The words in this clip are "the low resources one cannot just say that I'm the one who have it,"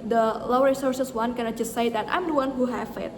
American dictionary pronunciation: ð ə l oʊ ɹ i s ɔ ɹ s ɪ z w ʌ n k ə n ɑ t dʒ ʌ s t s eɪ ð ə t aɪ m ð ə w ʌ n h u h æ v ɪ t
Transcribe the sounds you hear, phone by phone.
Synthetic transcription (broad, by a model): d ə l oʊ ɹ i s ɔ ɹ s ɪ s w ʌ n k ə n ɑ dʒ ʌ s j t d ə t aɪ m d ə w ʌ n h u h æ f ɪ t